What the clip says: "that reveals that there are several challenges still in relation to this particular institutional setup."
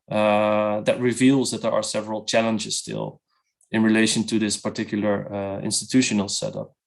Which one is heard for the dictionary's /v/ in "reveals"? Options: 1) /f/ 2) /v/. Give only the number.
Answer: 2